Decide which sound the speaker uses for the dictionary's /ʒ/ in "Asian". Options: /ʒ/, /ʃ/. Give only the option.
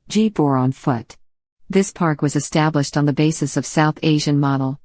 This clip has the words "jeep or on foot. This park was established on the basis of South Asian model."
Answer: /ʒ/